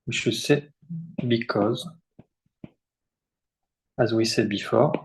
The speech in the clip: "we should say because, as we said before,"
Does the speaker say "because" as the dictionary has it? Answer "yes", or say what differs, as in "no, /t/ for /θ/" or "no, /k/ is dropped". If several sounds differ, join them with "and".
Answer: yes